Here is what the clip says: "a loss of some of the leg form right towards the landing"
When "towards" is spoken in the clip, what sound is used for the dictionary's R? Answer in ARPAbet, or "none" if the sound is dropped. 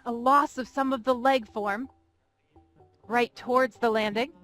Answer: R